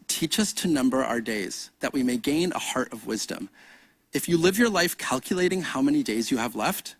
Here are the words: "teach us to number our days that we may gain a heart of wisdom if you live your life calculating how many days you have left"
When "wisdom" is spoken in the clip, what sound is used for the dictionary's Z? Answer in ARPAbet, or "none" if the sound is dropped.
Z